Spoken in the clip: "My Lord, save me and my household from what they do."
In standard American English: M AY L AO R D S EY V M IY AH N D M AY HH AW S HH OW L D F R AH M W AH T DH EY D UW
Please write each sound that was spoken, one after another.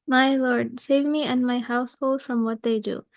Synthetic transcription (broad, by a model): M AY L AO R D S EY V M IY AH N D M AY HH AW S HH OW L D F R AH M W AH T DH EY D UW